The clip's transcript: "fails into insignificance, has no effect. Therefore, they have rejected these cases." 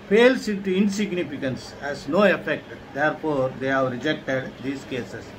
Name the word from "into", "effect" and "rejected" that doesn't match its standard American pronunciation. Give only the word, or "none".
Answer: none